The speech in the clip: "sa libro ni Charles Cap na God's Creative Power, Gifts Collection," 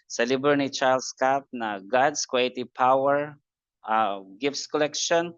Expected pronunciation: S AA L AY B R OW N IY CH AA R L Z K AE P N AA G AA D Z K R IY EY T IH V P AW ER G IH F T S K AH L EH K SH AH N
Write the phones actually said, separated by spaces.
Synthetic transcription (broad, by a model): S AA L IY B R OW N IY CH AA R L S K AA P N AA G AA D S K W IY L T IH P AW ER G IH F T S K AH L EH K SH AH N